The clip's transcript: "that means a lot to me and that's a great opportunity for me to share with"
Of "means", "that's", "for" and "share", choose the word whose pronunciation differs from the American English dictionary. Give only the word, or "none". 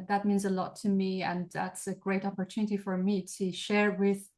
none